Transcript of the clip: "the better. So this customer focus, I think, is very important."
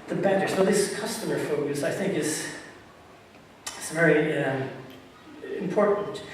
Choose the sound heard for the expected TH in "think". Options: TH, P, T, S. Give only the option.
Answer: TH